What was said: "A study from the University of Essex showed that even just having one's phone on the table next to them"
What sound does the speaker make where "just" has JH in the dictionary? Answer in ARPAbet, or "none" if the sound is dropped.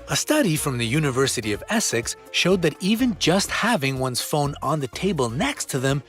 JH